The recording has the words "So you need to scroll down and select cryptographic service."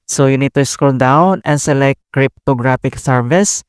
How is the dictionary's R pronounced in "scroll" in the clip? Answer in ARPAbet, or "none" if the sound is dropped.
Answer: none